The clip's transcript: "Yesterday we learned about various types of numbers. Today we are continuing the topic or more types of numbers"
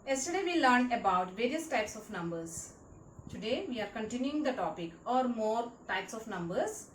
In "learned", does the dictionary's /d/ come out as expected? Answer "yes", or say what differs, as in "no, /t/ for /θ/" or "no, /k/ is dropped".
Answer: no, /d/ is dropped